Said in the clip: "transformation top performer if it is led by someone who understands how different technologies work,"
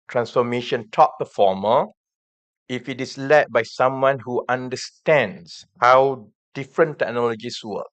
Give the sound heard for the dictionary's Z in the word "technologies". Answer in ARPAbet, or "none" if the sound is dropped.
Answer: S